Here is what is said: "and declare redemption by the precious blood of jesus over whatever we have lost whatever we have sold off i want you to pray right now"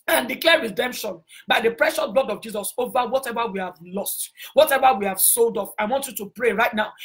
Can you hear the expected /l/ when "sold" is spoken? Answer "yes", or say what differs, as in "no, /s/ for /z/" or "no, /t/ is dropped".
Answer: yes